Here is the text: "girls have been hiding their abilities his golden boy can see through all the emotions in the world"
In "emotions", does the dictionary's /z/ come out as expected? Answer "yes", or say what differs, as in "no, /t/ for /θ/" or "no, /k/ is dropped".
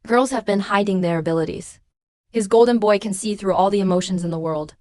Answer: yes